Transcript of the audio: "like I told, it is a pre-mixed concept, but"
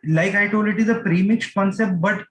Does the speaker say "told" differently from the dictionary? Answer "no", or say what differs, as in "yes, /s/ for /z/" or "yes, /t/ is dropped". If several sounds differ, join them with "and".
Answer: yes, /d/ is dropped